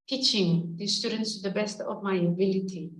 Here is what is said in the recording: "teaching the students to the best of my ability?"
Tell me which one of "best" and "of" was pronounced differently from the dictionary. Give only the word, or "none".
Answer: of